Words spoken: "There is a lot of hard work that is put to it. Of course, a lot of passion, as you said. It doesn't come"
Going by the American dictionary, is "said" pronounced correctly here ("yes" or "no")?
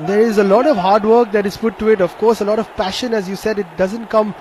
yes